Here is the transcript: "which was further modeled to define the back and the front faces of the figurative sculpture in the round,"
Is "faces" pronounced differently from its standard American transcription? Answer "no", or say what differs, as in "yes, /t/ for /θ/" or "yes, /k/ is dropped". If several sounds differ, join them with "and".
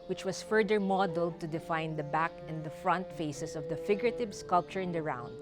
yes, /s/ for /z/